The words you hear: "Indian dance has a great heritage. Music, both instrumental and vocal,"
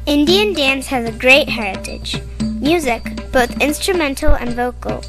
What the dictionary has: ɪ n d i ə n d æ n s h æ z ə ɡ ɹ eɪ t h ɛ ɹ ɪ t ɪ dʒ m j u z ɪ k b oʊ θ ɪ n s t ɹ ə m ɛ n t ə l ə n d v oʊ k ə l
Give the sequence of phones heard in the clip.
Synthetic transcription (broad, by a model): ɪ n d i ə n d æ n s h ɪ z ə ɡ ɹ eɪ t h ɛ ɹ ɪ t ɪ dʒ m j u z ɪ k b oʊ θ ɪ n s t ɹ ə m ɛ n t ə l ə n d v oʊ k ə l